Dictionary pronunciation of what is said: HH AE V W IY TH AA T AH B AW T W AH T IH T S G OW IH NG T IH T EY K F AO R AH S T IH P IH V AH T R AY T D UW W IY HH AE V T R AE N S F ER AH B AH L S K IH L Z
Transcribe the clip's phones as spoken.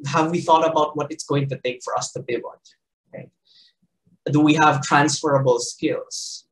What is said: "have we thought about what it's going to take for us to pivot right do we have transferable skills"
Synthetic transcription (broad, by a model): HH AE V W IY TH AA T AH B AW T W AH T IH T S G OW IH NG T IH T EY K F AO R AH S T IH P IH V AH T R AY T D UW W IY HH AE V T R AE N S F ER AH B AH L S K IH L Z